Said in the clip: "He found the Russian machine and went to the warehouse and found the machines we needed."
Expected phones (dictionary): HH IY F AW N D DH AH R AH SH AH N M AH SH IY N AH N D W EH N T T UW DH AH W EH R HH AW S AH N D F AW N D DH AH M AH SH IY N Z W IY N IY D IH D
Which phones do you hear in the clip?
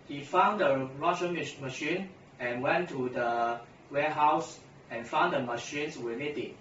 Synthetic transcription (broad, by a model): HH IY F AW N D AH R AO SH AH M M AH SH IY N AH N W EH N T T UW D AH W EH HH AW S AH N F AW N D AH M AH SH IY N S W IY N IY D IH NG